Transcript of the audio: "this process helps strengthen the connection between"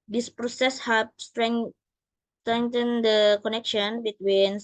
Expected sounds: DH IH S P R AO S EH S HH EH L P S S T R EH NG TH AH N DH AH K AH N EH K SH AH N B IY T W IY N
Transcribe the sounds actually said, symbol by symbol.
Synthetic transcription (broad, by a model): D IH S P R AO S EH S HH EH P S S T R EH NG T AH N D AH K AH N EH K SH AH N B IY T W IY N